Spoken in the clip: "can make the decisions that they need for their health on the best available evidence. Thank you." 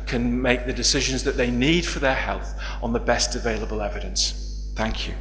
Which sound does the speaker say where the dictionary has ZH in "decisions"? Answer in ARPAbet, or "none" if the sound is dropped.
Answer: ZH